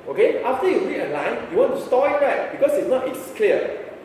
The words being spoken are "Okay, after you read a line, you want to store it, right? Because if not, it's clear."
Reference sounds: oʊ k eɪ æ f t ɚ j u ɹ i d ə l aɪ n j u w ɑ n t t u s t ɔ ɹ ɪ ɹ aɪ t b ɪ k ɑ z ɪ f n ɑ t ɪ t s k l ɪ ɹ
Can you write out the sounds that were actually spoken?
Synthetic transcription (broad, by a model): oʊ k eɪ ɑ f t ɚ j u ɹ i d ə l aɪ n j u w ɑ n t t u s t ɔ ɪ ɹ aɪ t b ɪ k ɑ s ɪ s n ɑ t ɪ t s k l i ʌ